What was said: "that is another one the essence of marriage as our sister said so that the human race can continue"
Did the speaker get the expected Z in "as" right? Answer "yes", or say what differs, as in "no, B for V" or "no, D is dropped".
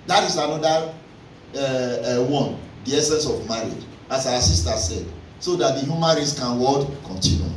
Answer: no, S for Z